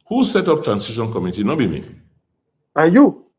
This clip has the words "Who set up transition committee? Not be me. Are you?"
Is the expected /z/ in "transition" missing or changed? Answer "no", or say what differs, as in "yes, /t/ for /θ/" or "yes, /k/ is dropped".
yes, /s/ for /z/